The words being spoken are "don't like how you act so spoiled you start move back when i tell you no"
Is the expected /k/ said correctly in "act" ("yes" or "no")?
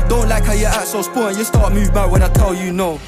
no